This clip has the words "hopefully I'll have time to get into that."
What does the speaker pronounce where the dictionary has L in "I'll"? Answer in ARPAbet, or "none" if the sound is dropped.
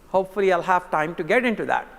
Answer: L